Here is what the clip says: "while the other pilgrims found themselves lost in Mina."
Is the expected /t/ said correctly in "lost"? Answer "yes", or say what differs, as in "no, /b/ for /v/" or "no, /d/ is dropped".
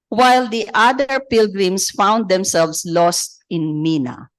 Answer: yes